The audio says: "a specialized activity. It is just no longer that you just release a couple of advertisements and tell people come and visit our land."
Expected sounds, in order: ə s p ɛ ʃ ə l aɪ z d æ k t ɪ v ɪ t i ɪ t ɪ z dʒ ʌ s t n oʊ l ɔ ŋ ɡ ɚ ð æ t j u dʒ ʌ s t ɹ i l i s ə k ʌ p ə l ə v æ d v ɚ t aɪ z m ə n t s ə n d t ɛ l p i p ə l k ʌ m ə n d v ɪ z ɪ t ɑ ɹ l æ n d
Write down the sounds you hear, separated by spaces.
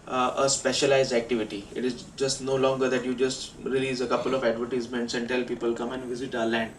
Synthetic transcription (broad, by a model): ə s p ɛ ʃ ə l aɪ z d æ k t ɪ v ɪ t i ɪ t ɪ z dʒ ʌ s t n oʊ l ɔ ŋ ɡ ɚ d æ t j u dʒ ʌ s t ɹ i l i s ə k ʌ p ə l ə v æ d v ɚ t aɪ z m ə n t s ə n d t ɛ l p i p ə l k ʌ m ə n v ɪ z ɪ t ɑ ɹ l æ n d